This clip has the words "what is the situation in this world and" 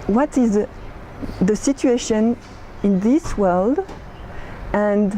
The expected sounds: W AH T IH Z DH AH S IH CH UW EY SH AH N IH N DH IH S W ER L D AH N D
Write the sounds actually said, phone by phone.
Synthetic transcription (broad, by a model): W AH T IH Z DH AH S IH CH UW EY SH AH N IH N DH IH S W ER L D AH N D